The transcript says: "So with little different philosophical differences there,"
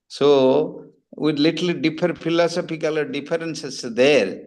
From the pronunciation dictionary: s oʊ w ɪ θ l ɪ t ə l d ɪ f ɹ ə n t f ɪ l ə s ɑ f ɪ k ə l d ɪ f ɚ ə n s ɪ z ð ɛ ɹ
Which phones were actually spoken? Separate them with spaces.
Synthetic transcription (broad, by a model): s oʊ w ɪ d l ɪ t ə l d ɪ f ə t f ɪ l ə s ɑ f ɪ k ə l d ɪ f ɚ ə n s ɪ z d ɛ ɹ